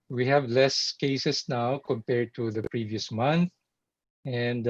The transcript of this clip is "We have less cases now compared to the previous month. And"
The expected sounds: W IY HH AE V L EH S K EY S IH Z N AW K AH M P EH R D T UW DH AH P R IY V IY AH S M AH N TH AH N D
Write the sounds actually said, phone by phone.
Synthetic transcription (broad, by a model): W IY HH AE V L EH S K EY S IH S N AW K AH M P EH R D T UW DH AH P R IY V IY AH S M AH N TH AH N D